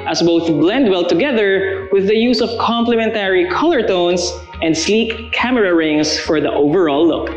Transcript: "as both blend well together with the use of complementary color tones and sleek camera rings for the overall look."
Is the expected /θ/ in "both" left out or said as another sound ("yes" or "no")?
no